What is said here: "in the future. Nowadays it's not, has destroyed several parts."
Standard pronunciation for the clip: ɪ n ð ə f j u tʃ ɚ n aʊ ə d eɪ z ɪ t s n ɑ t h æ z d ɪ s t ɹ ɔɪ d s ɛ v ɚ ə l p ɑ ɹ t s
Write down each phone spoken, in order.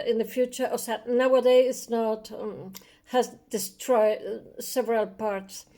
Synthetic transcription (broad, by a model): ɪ n ð ə f j u tʃ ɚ n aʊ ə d eɪ ɪ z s n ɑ t h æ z d ɪ s t ɹ ɔɪ d s ɛ v ɚ ə l p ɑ ɹ t s